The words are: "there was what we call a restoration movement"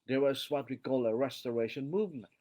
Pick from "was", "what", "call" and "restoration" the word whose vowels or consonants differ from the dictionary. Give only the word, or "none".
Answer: none